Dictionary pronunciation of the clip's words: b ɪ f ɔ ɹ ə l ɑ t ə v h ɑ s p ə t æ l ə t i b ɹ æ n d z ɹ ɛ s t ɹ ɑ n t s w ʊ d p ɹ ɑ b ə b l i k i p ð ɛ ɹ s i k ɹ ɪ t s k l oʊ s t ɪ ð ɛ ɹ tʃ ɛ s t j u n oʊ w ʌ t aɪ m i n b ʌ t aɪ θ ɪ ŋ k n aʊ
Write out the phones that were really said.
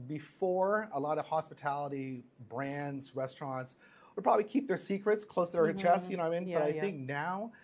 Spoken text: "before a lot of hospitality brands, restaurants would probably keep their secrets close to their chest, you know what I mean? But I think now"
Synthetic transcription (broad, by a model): b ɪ f ɔ ɹ ə l ɑ t ə v h ɑ s p ə t æ l ə t i b ɹ æ n d z ɹ ɛ s t ɹ ɑ n t s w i p ɹ ɑ b ə b l i k i p ð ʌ ɹ s i k ɹ ɪ t s k l oʊ s t ɪ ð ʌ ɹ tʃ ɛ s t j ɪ n oʊ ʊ aɪ m i n b ʌ t aɪ θ ɪ ŋ k n aʊ